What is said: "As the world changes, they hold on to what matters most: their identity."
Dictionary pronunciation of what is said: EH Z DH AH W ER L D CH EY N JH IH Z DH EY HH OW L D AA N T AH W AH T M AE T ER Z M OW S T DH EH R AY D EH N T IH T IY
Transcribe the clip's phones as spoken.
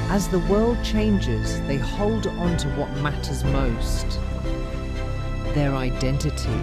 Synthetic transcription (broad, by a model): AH Z DH AH W ER L D CH EY N JH IH Z DH EY HH OW L D N T AH W AH T M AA T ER Z M OW S T DH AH R AY D EH N T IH T IY